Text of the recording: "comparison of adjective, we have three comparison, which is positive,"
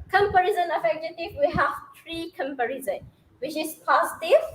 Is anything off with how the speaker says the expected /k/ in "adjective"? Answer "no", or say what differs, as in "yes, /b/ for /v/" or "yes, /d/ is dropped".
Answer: yes, /k/ is dropped